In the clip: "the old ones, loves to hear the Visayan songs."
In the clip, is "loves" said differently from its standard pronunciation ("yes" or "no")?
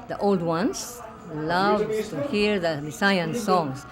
yes